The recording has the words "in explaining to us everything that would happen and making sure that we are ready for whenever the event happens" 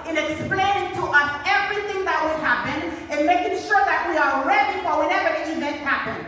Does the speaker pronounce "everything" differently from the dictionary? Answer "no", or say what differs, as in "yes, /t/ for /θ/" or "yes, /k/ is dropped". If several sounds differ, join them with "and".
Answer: no